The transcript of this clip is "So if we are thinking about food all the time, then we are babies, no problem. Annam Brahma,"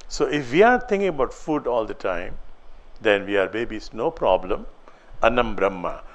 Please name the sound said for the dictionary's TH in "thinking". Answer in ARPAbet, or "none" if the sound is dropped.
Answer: T